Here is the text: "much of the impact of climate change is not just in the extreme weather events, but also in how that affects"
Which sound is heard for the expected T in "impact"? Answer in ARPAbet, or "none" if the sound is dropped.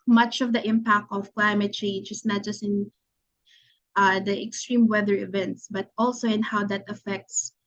T